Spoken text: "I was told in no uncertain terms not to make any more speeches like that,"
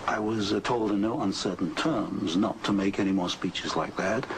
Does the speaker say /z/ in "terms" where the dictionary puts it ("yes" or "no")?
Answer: yes